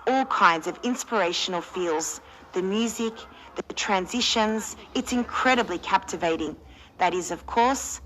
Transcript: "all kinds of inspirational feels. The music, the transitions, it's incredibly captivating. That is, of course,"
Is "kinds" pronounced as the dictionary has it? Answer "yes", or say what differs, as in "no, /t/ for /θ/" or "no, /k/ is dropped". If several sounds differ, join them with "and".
yes